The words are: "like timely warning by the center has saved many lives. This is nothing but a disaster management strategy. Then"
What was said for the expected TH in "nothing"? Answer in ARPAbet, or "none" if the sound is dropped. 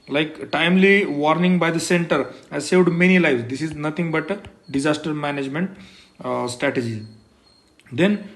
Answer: T